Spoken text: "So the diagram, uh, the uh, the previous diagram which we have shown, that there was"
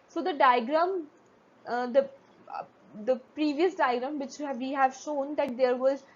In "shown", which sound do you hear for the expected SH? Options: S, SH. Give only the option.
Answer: SH